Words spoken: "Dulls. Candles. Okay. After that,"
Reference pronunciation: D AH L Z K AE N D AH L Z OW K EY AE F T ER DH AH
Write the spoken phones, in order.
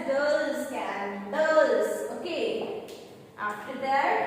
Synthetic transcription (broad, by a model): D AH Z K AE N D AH Z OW K EY AE F T ER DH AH